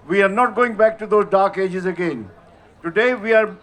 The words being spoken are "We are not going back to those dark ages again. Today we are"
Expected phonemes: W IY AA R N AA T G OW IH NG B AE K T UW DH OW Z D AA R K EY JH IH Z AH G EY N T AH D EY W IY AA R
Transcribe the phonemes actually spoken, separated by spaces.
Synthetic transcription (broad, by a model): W IY AA R N AA T G OW IH NG B AE K T UW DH OW Z D AA R K EY JH IH Z AH G EY N T AH D EY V IY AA R